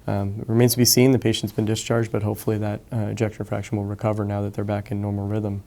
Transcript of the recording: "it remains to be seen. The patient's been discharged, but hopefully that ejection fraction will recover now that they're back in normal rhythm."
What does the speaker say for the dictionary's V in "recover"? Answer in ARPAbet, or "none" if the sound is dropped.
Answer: V